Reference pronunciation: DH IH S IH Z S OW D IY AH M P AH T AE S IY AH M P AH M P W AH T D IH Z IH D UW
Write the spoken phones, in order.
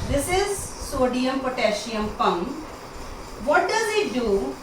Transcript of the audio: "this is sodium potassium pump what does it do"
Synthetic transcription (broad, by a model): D IH S IH Z S OW D IY AH M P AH T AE SH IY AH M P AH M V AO T D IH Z IH D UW